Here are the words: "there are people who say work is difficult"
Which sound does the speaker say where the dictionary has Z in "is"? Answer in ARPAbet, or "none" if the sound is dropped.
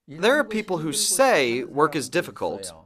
Z